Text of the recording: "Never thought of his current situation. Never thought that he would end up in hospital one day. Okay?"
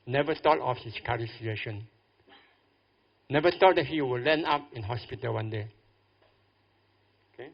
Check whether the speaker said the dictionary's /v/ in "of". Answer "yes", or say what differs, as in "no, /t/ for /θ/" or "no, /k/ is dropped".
no, /f/ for /v/